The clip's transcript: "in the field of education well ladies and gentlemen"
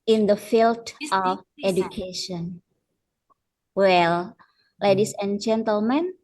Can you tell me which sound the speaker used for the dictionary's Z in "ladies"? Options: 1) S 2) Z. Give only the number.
1